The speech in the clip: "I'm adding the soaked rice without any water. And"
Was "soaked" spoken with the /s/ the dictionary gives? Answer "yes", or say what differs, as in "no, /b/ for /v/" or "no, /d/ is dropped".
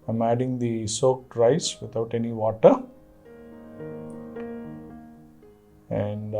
yes